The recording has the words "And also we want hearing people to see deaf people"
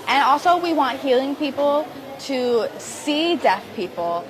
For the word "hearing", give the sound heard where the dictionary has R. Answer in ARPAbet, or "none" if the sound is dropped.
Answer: L